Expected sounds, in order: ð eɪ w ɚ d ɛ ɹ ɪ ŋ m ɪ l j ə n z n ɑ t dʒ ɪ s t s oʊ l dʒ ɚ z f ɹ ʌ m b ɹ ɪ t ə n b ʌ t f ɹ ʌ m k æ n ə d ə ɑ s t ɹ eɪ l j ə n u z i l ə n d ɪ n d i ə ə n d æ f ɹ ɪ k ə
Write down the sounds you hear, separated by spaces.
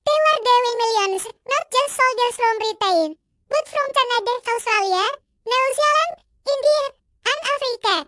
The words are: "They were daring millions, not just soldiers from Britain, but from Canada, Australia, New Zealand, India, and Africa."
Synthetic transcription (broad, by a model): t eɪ w ɚ d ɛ w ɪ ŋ m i l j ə n s n ɑ t dʒ ɪ s t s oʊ l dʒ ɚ s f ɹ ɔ m ɹ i t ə n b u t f ɹ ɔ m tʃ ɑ n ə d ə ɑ s t ɹ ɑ l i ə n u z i l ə n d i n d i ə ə n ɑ f ɹ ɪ k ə